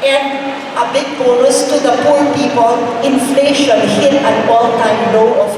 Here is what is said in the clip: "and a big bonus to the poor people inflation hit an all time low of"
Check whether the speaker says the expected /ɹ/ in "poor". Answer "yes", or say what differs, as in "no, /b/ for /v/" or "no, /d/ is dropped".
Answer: no, /l/ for /ɹ/